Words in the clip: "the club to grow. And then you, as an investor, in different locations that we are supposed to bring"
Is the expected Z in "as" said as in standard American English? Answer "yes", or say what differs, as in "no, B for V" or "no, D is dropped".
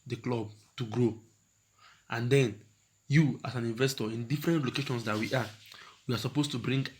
no, S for Z